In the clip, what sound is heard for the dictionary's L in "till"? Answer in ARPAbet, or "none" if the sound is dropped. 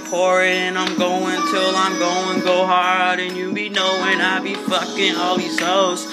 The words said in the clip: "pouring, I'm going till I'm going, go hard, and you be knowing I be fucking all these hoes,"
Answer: L